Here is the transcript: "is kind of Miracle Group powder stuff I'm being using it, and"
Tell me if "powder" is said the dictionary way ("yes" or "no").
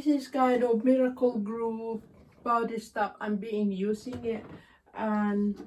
no